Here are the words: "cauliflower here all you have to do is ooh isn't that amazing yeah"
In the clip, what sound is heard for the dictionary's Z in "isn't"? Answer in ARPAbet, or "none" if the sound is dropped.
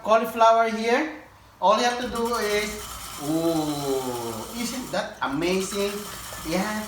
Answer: S